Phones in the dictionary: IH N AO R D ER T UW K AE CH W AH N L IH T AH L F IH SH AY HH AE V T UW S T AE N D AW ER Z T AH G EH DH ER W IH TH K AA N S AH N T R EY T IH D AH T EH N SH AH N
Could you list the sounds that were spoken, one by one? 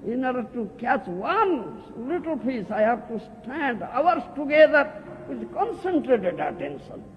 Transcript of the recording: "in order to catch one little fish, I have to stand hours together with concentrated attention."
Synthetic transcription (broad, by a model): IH N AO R D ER T UW K AE CH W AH N L IH T AH L P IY S AY HH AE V T UW S T AE N D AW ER S T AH G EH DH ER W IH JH K AA N S AH N T R EY T IH D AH T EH N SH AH N